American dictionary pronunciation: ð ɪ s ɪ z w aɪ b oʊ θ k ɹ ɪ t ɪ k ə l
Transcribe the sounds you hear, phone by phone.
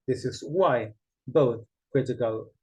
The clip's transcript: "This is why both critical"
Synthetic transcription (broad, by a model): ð ɪ s ɪ z w aɪ b oʊ θ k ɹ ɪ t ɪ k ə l